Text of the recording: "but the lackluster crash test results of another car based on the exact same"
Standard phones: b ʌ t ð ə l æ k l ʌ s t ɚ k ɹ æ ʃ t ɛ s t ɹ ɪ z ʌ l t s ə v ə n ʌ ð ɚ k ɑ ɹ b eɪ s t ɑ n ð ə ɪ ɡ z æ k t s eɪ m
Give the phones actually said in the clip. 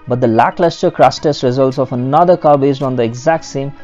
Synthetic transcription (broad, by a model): b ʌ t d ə l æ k l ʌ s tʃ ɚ k ɹ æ s t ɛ s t ɹ ɪ z ʌ l t s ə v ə n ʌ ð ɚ k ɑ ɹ b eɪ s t ɑ n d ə ɪ ɡ z æ k t s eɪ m